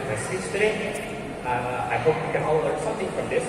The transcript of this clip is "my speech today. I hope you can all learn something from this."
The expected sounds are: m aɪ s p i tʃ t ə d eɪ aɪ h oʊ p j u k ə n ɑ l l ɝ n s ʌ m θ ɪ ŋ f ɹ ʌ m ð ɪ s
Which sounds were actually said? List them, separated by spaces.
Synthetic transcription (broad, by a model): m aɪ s i s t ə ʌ aɪ h oʊ p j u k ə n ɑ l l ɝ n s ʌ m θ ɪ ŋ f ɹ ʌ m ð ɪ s